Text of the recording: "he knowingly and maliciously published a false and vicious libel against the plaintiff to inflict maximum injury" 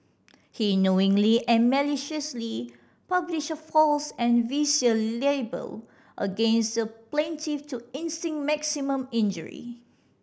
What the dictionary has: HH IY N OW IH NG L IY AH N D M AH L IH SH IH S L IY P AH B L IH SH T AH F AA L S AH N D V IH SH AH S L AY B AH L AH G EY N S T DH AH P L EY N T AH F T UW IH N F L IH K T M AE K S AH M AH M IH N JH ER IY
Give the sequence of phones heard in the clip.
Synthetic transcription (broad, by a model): HH IY N OW IH NG L IY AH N M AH L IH SH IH S L IY P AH B L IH SH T AH F AA L S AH N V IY S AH L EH B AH L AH G EY N S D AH P L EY N T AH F T UW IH N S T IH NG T M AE K S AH M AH M IH N JH ER IY